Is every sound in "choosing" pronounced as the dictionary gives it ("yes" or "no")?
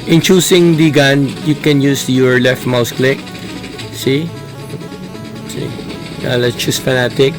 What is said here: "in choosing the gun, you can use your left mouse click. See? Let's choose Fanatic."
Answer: no